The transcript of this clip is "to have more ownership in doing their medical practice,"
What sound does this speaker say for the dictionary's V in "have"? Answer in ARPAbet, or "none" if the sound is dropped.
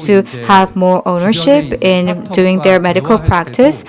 V